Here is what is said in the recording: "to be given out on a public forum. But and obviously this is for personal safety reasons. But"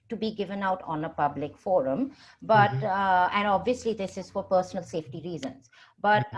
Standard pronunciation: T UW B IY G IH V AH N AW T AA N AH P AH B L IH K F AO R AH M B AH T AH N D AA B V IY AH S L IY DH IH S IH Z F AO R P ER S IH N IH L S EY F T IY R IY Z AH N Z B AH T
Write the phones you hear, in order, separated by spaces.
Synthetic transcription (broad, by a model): T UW B IY G IH V AH N AW T AA N AH P AH B L IH K F AO R AH M B AH T AH N D AA B V IY AH S L IY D IH S IH Z F AO R P ER S IH N IH L S EY F T IY R IY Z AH N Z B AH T